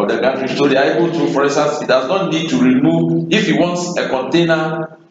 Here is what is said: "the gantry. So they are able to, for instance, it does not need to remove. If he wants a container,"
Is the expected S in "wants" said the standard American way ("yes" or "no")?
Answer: yes